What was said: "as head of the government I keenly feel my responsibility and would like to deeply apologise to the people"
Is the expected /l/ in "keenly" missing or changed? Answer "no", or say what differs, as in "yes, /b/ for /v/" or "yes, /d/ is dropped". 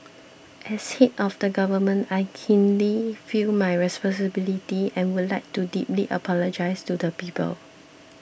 no